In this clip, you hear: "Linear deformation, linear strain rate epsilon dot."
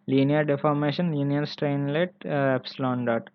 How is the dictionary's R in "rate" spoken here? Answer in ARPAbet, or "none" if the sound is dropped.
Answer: L